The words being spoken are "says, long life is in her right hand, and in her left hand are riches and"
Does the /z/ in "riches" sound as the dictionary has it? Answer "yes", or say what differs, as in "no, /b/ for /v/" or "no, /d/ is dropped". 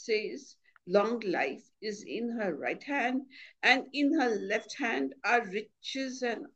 yes